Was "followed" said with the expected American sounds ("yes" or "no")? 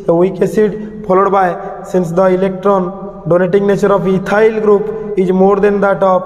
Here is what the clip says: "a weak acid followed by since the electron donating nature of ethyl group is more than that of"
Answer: no